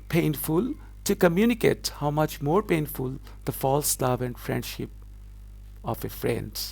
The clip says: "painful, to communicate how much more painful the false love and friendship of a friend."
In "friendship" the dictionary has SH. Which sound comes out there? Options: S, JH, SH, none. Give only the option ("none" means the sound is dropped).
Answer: SH